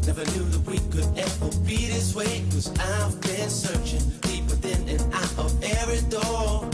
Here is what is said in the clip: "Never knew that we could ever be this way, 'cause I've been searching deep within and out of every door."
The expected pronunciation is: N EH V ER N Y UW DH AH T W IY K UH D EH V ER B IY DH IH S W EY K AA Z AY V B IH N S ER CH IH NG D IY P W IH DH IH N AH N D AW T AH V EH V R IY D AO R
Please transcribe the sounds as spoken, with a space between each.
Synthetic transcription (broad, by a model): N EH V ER N Y UW DH AH T W IY K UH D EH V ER B IY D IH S W EY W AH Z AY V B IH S ER CH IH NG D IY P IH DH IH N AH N AW T AH V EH R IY D AO R